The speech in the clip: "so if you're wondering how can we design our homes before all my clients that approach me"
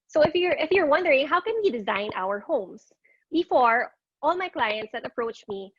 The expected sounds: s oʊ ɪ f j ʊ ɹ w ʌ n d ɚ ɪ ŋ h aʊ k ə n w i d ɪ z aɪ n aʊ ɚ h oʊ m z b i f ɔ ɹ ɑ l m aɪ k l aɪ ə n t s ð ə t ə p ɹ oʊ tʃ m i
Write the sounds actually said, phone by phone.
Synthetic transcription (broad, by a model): s oʊ ɪ f j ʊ ɹ w ʌ n d ɚ ɪ ŋ h aʊ k ə n w i d ɪ z aɪ n aʊ ɚ h oʊ m s b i f ɔ ɹ ɑ l m aɪ k l aɪ ə n t s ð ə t ə p ɹ oʊ tʃ m i